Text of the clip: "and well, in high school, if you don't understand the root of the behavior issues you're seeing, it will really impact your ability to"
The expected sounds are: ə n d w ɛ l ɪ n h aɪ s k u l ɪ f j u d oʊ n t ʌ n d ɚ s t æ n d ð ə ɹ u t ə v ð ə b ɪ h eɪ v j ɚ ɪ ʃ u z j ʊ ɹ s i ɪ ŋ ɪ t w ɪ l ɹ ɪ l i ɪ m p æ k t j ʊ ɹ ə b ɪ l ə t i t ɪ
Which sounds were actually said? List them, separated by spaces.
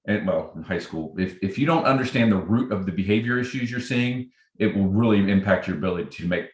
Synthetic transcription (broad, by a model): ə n w ɛ l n h aɪ s k u l ɪ f j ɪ d oʊ n t ʌ n d ɚ s t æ n ð ə ɹ u t ə v ð ə b ɪ h eɪ v j ɚ ɪ ʃ u z j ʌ ɹ s i ɪ ŋ ɪ t w ɪ l ɹ ɪ l i ɪ m p æ k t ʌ ɹ ə b ɪ l ə t i t ɪ